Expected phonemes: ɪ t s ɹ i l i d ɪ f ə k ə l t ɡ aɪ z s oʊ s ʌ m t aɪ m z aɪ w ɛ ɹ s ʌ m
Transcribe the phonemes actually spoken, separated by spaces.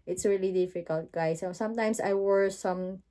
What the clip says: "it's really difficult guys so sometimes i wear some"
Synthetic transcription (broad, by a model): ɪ t s ɹ i l i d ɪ f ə k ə l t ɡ aɪ s oʊ s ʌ m t aɪ m s aɪ w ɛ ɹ s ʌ m